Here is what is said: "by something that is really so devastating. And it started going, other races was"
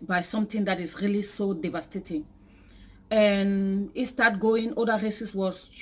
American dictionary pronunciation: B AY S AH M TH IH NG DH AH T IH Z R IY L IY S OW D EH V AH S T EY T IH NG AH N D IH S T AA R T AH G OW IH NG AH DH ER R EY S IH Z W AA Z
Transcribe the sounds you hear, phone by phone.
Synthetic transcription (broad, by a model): B AY S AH M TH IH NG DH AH T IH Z R IY L IY S OW D EH V AH S T EY T IH NG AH N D IH S T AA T G OW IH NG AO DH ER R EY S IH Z W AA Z